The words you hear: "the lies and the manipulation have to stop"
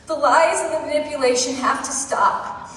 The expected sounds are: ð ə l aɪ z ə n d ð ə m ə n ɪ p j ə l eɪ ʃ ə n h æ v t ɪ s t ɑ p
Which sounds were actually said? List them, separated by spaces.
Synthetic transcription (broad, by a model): ð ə l aɪ z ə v ð ə m ə n ɪ p j ə l eɪ ʃ ə n h æ f t ɪ s t ɑ p